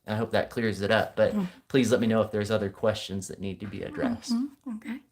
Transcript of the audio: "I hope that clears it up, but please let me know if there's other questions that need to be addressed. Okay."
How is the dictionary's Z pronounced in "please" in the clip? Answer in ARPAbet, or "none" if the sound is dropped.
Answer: Z